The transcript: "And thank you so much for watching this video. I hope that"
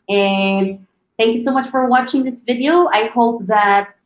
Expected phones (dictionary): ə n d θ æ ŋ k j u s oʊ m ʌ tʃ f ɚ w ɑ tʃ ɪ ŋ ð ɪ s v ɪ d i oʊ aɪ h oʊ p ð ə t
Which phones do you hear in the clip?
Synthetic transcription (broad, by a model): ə n θ æ ŋ k j u s oʊ m ʌ tʃ f ɚ w ɑ tʃ ɪ ŋ ð ɪ s v ɪ d i oʊ aɪ h oʊ p ð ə t